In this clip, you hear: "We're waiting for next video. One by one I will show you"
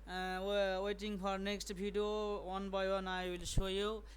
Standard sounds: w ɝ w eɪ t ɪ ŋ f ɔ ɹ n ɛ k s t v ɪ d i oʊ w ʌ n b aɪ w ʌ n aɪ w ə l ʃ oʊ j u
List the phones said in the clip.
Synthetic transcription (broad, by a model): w w eɪ t ɪ ŋ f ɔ ɹ n ɛ k s t b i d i oʊ w ʌ n b aɪ w ʌ n aɪ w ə l s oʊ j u